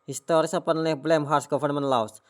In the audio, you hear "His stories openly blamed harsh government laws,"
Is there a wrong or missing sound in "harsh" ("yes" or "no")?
yes